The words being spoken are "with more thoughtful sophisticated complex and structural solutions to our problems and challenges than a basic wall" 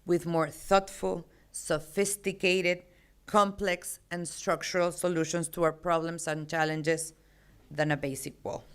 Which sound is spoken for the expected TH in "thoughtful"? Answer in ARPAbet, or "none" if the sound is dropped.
TH